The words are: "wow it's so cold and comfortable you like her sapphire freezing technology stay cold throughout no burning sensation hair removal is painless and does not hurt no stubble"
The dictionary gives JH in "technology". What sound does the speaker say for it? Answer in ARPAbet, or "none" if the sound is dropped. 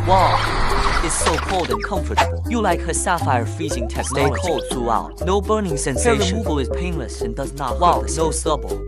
none